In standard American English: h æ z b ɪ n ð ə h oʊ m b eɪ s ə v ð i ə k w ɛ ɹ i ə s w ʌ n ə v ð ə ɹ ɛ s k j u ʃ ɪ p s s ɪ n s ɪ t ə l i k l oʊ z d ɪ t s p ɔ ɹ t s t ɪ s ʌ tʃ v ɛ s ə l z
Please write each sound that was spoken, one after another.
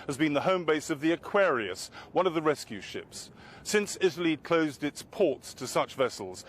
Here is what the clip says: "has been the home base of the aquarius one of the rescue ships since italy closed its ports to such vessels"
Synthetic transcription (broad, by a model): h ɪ z b ɪ n ð ə h oʊ m b eɪ s ə v ð i ə k w ɛ ɹ i ə s w ʌ n ə v ð ə ɹ ɛ s k j u ʃ ɪ p s s ɪ n s ɪ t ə l i k l oʊ z d ɪ t s p ɔ ɹ t s t ɪ s ʌ tʃ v ɛ s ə l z